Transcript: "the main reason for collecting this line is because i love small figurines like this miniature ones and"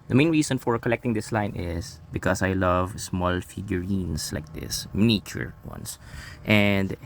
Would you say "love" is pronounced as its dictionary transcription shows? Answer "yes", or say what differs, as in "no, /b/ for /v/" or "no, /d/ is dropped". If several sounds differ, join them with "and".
yes